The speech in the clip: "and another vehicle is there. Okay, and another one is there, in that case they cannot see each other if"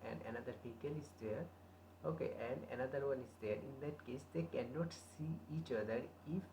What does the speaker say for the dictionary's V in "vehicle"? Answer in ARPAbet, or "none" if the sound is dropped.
P